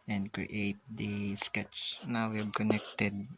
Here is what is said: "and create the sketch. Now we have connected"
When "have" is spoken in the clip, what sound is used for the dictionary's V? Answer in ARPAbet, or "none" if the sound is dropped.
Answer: B